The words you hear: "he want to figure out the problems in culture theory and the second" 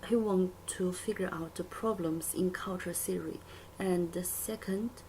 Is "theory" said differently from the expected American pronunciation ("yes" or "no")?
yes